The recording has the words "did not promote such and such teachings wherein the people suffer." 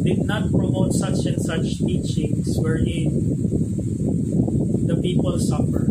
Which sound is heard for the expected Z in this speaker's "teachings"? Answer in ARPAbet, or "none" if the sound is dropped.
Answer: S